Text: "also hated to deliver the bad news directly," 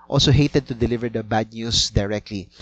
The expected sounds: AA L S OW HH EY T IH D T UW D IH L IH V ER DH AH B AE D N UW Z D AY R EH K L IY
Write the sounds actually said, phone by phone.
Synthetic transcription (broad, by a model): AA L S OW HH EY T IH D T UW D IH L IH V ER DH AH B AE D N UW S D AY R EH K L IY